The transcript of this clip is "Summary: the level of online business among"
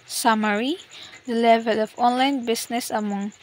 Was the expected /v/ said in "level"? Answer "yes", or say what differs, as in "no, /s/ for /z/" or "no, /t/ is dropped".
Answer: yes